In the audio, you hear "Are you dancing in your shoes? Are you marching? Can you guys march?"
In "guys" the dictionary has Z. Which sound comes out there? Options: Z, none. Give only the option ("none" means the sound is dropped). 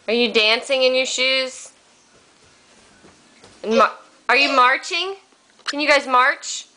Z